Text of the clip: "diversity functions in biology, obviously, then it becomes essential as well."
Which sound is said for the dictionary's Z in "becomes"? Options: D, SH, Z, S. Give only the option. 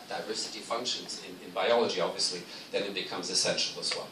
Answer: Z